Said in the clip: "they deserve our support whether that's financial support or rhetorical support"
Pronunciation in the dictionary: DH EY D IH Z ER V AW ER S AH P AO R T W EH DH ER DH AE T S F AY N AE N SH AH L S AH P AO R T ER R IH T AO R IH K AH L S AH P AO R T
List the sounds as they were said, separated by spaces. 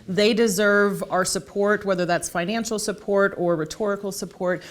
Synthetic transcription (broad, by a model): DH EY D IH Z ER V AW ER S AH P AO R T W EH DH ER DH AE T S F AY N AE N SH L S AH P AO R T ER R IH T AO R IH K L S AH P AO R T